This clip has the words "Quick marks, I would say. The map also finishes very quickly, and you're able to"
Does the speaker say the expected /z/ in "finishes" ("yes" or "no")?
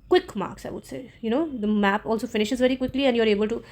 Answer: yes